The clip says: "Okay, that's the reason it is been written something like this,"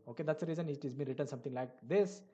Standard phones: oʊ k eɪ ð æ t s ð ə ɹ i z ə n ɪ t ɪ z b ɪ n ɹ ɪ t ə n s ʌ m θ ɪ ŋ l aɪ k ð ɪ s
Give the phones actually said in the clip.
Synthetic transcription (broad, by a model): oʊ k eɪ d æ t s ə ɹ i z ə n ɪ t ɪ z b ɪ n ɹ ɪ t ə n s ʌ m t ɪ ŋ l aɪ k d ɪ s